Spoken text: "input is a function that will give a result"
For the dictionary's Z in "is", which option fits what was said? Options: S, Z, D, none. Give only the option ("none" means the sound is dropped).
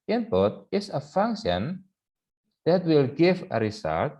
S